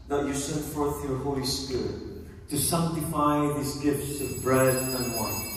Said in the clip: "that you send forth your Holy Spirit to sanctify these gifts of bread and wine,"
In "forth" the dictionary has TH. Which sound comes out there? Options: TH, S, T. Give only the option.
TH